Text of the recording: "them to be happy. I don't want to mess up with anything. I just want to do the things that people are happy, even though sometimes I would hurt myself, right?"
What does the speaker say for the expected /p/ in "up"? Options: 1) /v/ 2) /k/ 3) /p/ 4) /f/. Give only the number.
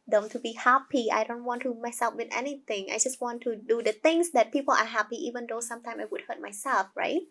4